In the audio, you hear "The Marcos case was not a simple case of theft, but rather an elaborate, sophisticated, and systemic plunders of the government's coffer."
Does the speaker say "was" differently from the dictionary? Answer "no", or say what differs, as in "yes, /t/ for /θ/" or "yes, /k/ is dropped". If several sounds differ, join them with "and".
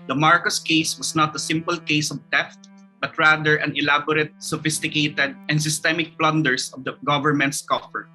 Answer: yes, /s/ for /z/